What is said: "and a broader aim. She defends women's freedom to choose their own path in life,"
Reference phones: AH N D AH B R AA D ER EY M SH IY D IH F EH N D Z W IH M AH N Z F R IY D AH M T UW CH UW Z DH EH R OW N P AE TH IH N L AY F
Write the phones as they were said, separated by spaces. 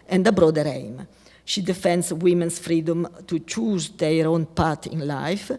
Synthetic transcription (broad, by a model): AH N D AH B R AA D ER EY M SH IY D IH F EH N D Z W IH M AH N S F R IY D AH M T UW CH UW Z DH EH R OW N P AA T IH N L AY F